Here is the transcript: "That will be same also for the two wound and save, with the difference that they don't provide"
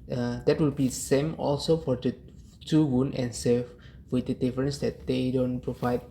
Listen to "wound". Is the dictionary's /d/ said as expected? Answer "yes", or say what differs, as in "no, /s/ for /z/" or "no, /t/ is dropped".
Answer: no, /d/ is dropped